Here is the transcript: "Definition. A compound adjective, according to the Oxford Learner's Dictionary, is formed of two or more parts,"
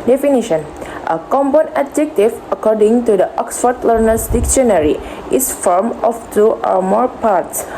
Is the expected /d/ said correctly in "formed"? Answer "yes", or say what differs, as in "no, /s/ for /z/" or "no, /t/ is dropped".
no, /d/ is dropped